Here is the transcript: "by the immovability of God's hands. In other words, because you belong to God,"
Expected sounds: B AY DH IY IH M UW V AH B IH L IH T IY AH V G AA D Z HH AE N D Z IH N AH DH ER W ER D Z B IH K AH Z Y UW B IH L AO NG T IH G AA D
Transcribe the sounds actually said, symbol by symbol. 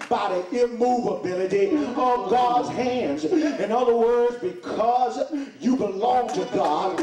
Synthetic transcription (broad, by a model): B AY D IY IH M UW V AH B IH L IH T IY AH V G AA D Z HH AE N D Z IH N AH DH ER W ER D Z B IH K AH Z Y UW B IH L AO NG T IH G AA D